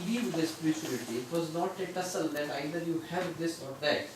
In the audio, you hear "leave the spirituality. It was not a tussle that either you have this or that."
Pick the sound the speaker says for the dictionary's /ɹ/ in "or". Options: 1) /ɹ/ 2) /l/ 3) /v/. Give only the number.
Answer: 1